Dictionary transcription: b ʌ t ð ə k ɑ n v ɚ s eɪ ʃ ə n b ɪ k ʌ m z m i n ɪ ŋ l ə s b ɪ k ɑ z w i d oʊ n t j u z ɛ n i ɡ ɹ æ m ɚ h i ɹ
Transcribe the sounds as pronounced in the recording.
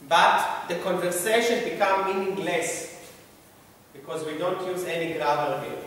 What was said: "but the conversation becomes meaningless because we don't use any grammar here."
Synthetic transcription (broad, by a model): b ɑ t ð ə k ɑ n v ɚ s eɪ ʃ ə n b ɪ k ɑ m m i n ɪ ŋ l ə s b ɪ k ɑ z w i d oʊ n t j u z ɛ n i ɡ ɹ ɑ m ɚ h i